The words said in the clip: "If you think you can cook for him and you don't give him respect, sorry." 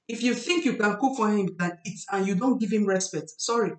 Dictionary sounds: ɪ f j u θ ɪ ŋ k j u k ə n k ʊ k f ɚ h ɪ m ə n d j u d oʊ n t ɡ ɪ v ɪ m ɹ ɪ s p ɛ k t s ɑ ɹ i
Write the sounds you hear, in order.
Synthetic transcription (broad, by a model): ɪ f j u θ ɪ ŋ k j u k ə n k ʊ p f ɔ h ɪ m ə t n j u d oʊ n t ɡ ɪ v ɪ m ɹ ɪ s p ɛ t s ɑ ɹ i